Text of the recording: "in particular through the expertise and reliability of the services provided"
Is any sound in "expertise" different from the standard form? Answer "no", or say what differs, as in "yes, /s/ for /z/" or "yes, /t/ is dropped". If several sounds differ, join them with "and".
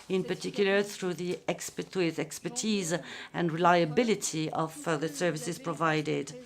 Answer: no